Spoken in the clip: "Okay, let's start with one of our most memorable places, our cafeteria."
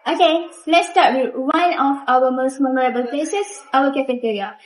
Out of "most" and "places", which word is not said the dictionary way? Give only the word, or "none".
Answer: places